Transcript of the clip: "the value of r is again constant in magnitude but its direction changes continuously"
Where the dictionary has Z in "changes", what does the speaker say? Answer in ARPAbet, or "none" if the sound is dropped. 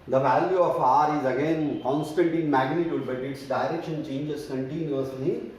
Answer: S